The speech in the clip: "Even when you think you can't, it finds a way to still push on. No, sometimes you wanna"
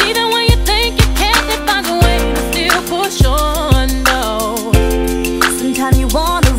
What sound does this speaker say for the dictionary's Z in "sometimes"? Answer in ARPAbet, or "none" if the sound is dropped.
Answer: none